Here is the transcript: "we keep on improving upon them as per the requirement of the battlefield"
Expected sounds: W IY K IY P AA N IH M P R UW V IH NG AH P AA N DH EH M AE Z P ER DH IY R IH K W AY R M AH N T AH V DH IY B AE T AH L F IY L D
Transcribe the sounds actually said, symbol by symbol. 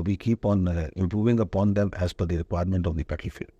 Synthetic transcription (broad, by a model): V IY K IY P AA N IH M P R UW V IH NG AH P AA N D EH M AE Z F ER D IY R IH K W AY R M AH N T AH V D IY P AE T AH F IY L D